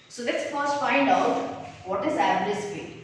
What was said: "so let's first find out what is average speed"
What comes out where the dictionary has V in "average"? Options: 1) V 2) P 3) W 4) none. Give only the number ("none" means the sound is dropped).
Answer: 4